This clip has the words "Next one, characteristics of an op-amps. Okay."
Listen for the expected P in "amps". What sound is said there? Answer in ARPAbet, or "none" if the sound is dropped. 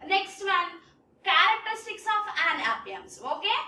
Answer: none